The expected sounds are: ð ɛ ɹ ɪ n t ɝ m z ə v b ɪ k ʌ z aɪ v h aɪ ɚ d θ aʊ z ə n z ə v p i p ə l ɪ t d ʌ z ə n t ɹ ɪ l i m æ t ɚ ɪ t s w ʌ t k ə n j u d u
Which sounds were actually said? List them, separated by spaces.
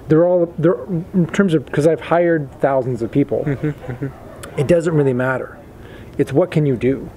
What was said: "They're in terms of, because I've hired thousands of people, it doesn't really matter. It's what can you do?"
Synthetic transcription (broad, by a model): ð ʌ ɹ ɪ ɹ t ɝ m z ə v k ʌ z aɪ v h aɪ ɚ d θ aʊ z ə n z ə v p i p l ɪ t d ʌ z ə n t ɹ ɪ l i m æ t ɚ ɪ t s w ʌ t k ə n j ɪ d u